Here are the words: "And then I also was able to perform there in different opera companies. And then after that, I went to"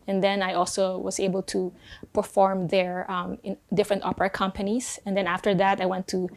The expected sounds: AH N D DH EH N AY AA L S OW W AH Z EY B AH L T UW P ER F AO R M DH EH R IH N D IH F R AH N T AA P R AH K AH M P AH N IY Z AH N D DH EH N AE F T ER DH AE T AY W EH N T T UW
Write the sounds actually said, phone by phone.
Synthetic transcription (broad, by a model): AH N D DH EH N AY AA L S OW W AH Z EY B AH L T UW P ER F AO R M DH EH R IH N D IH F R AH N T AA P R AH K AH M P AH N IY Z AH N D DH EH N AE F T ER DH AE T AY W EH N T T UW